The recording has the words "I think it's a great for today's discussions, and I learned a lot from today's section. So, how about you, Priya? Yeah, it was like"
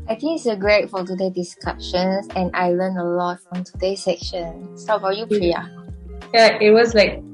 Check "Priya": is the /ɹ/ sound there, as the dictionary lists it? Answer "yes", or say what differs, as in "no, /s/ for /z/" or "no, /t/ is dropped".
no, /l/ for /ɹ/